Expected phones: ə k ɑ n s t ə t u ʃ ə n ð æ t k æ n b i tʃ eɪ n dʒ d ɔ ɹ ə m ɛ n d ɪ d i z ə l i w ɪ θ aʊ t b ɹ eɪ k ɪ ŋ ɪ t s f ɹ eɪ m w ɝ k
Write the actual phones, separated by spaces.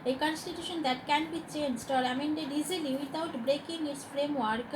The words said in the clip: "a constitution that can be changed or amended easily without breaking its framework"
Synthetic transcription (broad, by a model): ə k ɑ n s t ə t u ʃ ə n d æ t k æ n b i tʃ eɪ n dʒ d ɔ ɹ ə m ɛ n d ɪ d i z ə l i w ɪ t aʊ t b ɹ eɪ k ɪ ŋ ɪ t s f ɹ eɪ m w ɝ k